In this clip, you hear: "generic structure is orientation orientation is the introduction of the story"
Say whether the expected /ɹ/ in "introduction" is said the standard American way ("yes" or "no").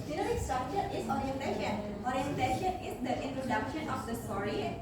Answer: yes